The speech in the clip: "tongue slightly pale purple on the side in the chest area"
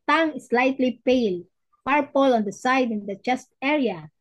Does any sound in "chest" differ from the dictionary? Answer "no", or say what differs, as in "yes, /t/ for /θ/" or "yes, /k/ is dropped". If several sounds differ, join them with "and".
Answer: no